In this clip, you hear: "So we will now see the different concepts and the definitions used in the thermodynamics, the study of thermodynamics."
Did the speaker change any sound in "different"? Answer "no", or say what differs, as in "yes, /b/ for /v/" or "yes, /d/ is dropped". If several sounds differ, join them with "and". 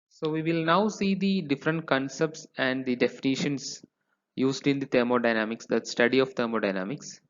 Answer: no